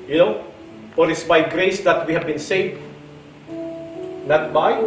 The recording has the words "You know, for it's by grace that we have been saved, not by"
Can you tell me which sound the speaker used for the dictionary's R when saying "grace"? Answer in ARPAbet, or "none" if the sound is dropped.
R